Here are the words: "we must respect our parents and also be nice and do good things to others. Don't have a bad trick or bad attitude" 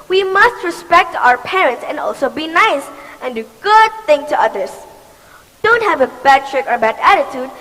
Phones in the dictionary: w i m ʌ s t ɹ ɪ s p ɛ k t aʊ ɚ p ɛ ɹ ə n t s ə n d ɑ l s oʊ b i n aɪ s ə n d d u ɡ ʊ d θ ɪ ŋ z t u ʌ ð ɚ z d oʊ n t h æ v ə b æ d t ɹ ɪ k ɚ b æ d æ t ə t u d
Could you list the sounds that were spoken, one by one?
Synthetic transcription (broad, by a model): w i m ʌ s t ɹ ɪ s p ɛ k t aʊ ɚ p ɛ ɹ ə n t s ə n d ɑ l s oʊ b i n aɪ s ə n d d u ɡ ʊ d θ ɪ ŋ t u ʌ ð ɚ s d oʊ n t h æ v ə b æ d t ɹ ɪ k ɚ b æ d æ t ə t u d